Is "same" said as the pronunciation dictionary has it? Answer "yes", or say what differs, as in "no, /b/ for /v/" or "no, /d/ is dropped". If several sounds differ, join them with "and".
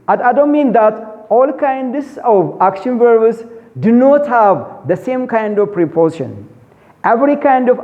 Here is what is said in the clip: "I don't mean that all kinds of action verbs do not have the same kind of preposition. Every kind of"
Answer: yes